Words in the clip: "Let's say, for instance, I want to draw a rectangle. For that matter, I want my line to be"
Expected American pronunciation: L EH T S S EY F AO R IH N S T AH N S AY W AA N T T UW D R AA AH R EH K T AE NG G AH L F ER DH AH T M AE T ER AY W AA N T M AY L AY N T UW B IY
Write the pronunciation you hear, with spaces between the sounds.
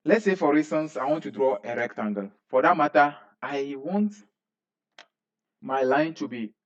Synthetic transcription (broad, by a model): L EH T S S EY F AO R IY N S T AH N S AY W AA N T T UW D R AA AH R EH K T AE NG G AH L F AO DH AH T M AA T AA AY W AA N T M AY L AY N T UW B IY